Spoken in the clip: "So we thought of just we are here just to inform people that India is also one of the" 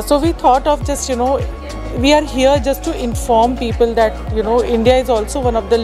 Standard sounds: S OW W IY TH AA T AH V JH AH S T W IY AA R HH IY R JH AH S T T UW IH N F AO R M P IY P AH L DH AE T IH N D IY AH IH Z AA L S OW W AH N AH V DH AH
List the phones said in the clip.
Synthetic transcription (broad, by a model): S OW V IY T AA T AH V JH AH S T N IY AA R HH IY R JH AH S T T UW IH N F AO R M P IY P AH L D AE T IH N D IY AH IH Z AA L S OW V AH N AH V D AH